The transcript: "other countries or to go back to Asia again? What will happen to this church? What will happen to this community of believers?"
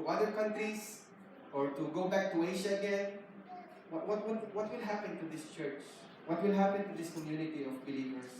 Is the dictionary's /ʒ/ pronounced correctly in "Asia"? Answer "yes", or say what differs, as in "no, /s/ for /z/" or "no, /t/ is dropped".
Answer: no, /ʃ/ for /ʒ/